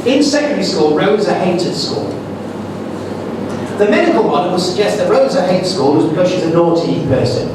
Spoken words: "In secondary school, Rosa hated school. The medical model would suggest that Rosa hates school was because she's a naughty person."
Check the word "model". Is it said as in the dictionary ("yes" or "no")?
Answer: no